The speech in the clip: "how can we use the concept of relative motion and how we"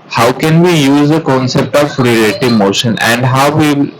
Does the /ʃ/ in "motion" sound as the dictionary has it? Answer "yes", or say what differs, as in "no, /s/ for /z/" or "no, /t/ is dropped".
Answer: yes